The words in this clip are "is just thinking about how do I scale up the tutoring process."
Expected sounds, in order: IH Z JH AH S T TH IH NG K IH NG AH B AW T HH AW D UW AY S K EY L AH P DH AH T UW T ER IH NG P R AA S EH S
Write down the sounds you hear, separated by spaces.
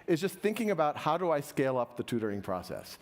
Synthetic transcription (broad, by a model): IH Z JH AH S T TH IH NG K IH NG AH B AW T HH AW D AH AY S K EY L AH P DH AH T UW T ER IH NG P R AA S EH S